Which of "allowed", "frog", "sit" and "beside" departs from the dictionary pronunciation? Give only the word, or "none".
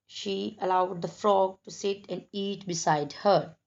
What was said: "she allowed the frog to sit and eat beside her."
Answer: none